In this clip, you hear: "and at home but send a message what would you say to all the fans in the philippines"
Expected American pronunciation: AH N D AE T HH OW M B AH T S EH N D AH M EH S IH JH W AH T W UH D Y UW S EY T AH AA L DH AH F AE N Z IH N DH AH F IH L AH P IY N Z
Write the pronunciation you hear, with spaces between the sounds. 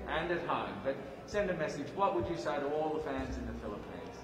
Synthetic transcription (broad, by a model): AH N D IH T HH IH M B AH T S EH N D AH M EH S IH JH W AH T W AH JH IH S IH T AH AA L DH AH F AE N Z IH N DH AH F IH L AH P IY N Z